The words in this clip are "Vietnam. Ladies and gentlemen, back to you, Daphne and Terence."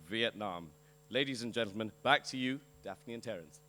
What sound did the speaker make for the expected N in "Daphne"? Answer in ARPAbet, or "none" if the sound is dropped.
N